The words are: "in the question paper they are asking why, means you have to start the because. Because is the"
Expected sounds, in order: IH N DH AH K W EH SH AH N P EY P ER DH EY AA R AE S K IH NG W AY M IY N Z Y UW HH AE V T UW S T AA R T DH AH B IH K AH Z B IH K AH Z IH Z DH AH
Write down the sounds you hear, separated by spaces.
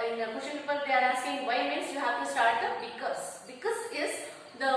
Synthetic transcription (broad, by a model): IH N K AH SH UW AH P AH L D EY AA R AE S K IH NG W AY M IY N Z Y UW HH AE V T UW S T AA R T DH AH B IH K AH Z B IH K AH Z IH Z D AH